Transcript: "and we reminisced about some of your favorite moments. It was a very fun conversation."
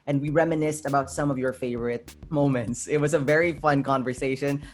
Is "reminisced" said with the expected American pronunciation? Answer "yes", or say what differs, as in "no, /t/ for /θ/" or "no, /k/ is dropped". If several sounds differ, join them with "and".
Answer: yes